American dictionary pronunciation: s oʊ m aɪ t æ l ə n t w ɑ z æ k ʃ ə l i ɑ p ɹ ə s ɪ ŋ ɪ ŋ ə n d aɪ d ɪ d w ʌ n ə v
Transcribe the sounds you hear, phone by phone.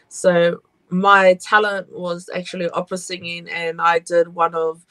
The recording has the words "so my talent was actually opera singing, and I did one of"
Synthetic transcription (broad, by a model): s oʊ m aɪ t æ l ə n t w ɑ z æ k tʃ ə l i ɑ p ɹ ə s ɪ ŋ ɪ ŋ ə n aɪ d ɪ d w ʌ n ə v